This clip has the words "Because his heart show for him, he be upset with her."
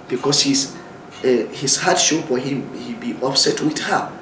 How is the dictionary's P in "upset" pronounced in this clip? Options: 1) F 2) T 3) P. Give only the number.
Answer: 1